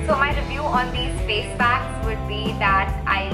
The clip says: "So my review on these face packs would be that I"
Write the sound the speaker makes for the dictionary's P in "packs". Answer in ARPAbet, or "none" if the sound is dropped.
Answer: B